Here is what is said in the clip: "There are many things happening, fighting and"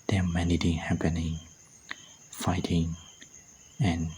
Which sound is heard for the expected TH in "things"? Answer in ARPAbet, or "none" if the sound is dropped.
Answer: T